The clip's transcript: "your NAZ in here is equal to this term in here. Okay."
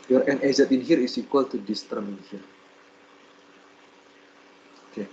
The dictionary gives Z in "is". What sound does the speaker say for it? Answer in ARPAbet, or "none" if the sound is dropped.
S